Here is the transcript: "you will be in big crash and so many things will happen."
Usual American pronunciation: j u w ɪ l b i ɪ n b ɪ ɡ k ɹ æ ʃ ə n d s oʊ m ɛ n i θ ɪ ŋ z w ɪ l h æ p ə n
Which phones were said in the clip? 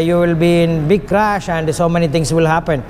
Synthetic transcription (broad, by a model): j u w ɪ l b i ɪ n b ɪ ɡ k ɹ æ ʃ ə n d s oʊ m ɛ n i t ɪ ŋ s w ɪ l h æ p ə n